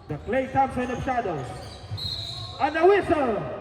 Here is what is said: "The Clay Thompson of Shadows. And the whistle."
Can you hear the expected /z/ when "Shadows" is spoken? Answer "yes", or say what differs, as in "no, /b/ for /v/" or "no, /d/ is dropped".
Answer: no, /z/ is dropped